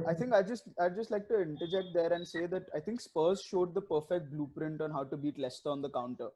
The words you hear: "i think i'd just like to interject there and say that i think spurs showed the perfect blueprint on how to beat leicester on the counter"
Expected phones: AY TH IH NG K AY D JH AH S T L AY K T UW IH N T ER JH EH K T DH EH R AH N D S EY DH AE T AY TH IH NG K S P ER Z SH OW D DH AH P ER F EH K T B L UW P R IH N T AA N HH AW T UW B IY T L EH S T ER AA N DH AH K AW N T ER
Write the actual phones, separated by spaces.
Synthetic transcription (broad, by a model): AY T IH NG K AY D JH AH S T L AY K T UW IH N T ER JH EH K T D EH R AH N D S EY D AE T AY T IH NG K S P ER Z SH OW D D AH P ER F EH K T B L UW P R IH N T AA N HH AW T UW B IY T L EH S T ER AA N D AH K AW N T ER